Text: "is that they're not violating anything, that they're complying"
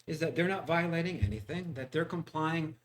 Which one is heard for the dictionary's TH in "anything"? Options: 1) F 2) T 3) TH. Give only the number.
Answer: 3